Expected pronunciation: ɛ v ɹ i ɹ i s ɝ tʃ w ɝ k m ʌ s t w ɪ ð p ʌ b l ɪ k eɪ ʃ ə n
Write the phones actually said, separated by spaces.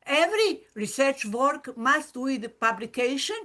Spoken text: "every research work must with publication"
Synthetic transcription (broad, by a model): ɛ v ɹ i ɹ i s ɝ tʃ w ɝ k m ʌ s t w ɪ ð p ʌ b l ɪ k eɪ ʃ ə n